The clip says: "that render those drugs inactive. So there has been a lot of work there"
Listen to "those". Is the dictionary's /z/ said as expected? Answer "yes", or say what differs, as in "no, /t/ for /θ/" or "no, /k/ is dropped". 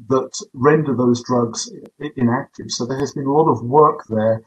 yes